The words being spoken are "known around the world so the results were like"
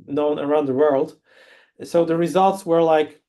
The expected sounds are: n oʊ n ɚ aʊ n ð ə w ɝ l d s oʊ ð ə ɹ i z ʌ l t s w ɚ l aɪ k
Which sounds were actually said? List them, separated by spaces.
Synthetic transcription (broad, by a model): n oʊ n ɚ aʊ n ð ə w ɝ l d s oʊ ð ə ɹ i z ʌ l t s w ɚ l aɪ k